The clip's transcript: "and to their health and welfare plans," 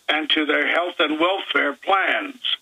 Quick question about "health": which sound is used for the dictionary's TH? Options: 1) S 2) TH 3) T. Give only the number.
2